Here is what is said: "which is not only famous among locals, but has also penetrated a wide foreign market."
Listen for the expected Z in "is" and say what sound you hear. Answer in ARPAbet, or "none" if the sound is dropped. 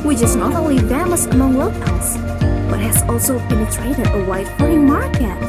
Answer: Z